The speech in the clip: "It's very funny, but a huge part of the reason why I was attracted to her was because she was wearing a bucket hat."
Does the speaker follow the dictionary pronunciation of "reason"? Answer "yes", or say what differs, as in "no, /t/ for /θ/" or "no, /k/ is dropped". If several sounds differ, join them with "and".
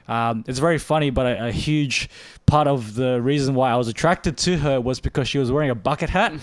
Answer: yes